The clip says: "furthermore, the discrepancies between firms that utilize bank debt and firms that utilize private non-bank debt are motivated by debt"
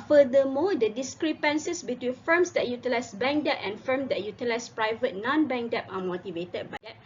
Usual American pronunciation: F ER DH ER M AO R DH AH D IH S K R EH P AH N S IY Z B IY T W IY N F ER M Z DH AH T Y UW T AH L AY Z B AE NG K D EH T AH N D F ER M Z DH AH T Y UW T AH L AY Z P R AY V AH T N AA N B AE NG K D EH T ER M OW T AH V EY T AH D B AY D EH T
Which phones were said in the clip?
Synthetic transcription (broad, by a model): F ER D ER M AO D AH D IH S K R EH P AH N S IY S B IY T W IY N F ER M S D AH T Y UW T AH L AY S B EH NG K D EH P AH N F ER M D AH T Y UW T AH L AY S P R AY V AH T N AA N B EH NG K D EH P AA M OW T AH V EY T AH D B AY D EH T